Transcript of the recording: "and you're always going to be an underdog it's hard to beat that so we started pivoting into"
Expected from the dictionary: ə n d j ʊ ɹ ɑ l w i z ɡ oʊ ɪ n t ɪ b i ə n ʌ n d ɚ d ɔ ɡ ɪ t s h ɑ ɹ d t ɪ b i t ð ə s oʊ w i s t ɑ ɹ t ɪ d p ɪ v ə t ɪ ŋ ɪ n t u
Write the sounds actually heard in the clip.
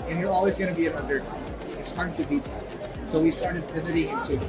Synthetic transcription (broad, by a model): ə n j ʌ ɹ ɑ l w i z ɡ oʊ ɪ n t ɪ b i ə n ʌ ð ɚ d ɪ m ɪ t s h ɑ ɹ d t ɪ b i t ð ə s oʊ w i s t ɑ ɹ t ɪ d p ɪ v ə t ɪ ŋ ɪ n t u